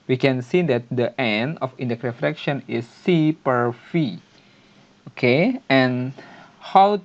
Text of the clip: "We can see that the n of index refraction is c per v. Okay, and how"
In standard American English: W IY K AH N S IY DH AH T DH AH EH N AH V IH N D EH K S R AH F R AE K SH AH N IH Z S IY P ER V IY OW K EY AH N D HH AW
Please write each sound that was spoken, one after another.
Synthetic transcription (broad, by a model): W IY K AH N S IY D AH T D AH EH N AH F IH N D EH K R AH F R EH K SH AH N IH S IY P ER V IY OW K EY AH N HH AW